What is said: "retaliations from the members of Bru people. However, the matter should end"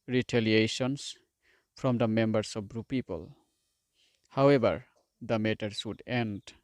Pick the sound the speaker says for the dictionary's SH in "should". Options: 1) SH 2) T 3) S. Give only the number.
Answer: 3